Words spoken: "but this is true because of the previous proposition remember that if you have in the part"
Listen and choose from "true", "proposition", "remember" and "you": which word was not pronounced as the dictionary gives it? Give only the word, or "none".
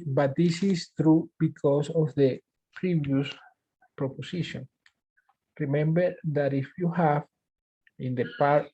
proposition